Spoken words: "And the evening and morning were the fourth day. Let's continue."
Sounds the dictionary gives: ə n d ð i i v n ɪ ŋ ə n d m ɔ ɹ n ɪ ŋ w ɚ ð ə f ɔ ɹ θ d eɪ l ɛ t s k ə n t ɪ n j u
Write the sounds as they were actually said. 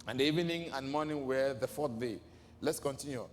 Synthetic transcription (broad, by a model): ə n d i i n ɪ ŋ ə n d m ɔ n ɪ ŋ w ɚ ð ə f ɔ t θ d eɪ l ɛ t s k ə n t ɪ n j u